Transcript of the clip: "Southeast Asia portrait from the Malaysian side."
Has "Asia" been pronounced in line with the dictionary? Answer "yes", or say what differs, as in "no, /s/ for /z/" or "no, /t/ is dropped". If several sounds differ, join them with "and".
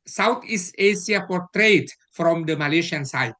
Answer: no, /s/ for /ʒ/